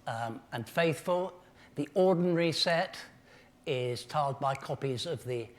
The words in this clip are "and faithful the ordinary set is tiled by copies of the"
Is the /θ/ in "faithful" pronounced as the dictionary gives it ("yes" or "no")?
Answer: yes